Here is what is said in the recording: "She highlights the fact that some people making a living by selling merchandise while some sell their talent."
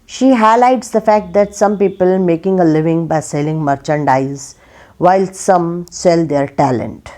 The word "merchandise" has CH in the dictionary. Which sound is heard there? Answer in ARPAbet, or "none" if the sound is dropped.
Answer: CH